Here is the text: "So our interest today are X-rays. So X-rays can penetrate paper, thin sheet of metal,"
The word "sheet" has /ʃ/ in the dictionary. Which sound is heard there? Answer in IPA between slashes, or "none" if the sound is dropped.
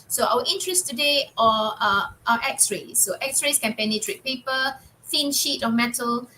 /ʃ/